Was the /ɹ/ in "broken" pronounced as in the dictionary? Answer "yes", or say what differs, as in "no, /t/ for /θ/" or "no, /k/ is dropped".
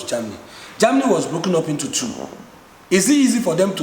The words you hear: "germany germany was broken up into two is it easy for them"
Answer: yes